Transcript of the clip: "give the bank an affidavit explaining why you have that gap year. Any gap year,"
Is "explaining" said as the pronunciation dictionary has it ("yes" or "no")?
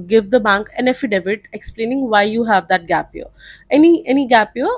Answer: yes